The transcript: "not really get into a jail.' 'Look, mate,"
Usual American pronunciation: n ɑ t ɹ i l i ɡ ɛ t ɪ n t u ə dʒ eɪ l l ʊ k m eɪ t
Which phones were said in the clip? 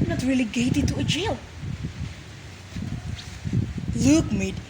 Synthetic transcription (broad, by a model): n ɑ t ɹ i l i ɡ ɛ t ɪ t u ə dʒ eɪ l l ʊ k m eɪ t